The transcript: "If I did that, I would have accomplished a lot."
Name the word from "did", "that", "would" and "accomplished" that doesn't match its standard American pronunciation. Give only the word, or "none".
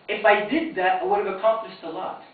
accomplished